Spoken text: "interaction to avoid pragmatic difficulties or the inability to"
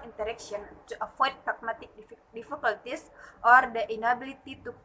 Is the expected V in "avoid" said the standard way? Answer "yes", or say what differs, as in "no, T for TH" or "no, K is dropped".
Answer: no, F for V